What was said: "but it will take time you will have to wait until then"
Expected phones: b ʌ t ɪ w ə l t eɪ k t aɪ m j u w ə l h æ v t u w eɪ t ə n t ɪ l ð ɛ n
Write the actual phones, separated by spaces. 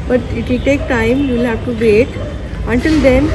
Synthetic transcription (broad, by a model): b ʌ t ɪ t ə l t eɪ k t aɪ m j u l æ p t u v eɪ t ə n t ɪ l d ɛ n